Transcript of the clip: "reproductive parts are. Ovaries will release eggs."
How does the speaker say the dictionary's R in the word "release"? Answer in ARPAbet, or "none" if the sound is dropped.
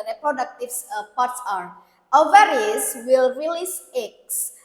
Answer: R